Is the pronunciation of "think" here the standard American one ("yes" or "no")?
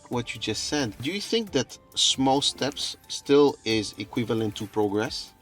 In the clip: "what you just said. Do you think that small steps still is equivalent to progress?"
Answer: yes